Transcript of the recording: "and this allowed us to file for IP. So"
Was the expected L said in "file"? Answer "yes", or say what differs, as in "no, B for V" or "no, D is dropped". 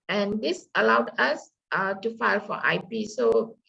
yes